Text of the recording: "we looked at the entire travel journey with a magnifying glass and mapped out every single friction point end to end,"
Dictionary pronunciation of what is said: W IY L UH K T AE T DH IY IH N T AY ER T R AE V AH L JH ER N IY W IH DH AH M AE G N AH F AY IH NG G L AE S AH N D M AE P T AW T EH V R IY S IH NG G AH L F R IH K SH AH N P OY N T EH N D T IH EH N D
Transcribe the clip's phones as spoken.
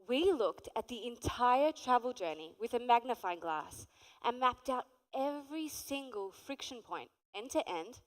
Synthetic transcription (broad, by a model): W IY L UH K T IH T DH IY IH N T AY ER T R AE V L JH ER N IY W IH DH AH M AE G N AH F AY IH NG G L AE S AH N M AE P T AW T EH V R IY S IH NG G AH L F R IH K SH AH N P OY N T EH N T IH EH N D